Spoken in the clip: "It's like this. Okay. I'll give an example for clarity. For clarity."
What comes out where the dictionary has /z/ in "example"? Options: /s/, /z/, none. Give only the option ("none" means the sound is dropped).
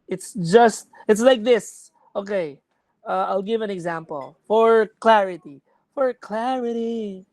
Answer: /z/